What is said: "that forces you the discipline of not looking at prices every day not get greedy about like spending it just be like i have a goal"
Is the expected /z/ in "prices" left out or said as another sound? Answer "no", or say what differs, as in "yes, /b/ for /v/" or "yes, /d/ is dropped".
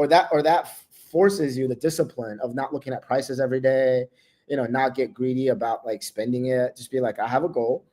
no